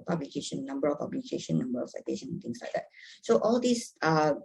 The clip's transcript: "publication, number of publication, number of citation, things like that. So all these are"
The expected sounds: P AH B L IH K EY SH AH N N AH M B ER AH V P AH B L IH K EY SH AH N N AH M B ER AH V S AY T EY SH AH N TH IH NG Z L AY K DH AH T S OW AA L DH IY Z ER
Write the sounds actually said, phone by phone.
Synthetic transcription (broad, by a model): P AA B L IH K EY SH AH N N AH M B ER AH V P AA B L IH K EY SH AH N N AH M B ER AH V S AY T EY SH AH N T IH NG S L AY K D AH T S OW AA L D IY S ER